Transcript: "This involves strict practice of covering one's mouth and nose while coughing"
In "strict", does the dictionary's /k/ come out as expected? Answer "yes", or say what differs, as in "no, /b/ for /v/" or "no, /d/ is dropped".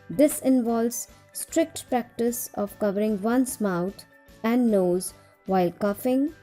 yes